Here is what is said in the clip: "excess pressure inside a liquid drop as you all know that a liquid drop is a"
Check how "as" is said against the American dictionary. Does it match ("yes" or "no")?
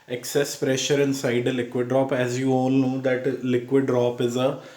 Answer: yes